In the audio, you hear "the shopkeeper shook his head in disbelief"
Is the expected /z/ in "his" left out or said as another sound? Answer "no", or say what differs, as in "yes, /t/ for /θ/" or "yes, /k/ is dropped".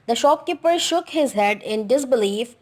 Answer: no